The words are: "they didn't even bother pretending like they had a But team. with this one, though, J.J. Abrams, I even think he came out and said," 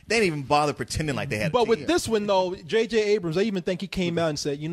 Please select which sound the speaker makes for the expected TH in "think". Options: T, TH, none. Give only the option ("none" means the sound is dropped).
TH